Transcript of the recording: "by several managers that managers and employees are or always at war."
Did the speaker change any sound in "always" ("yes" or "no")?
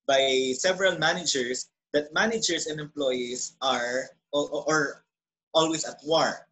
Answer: yes